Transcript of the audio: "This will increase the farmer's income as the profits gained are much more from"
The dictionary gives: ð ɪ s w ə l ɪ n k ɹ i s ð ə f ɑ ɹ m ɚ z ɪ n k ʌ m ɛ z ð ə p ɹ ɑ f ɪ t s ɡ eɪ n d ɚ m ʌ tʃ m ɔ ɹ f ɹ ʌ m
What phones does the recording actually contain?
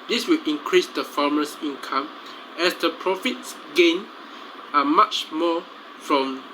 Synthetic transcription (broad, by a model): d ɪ s w ə l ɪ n k ɹ i s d ə f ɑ m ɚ s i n k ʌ m ɛ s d ə p ɹ ɑ f ɪ t s ɡ eɪ n ɚ m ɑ tʃ m ɔ f ɹ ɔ m